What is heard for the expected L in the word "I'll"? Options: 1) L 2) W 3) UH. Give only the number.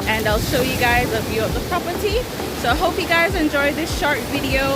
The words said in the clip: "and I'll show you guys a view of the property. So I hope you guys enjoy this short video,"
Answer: 1